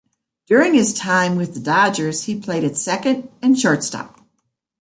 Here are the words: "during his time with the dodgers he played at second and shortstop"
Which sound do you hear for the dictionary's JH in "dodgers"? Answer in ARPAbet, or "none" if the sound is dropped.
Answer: JH